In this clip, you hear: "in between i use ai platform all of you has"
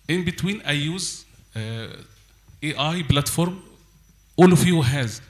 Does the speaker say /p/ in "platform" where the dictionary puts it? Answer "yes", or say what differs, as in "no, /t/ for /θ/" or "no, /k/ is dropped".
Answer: no, /b/ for /p/